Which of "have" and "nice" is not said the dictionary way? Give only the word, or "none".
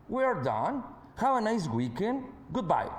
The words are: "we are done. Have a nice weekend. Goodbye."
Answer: have